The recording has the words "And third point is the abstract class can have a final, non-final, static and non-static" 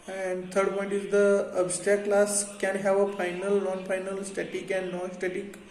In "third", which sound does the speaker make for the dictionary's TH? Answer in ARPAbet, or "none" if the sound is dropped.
T